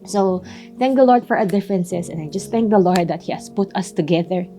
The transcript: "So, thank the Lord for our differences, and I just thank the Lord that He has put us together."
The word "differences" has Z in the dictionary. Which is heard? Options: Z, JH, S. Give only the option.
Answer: S